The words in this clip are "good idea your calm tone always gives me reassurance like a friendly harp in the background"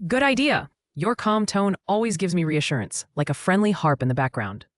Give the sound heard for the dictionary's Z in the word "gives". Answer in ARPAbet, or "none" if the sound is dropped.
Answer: Z